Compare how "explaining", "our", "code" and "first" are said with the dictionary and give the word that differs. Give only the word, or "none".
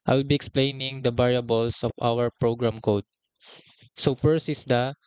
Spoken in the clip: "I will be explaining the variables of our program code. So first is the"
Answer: first